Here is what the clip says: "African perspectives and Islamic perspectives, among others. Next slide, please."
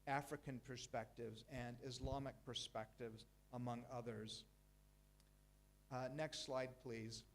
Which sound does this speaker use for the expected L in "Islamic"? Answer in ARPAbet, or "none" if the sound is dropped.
L